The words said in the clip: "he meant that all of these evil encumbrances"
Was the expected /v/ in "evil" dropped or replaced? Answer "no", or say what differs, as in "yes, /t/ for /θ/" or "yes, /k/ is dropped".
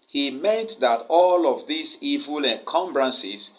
no